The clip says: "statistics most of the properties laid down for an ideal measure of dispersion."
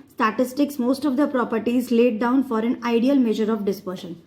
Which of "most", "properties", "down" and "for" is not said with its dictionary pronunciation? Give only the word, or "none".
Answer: none